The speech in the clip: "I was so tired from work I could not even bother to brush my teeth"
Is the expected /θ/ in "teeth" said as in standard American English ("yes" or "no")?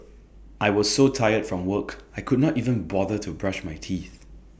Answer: yes